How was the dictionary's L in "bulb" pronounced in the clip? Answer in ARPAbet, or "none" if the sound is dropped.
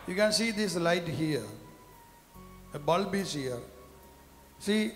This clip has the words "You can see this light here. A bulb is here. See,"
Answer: L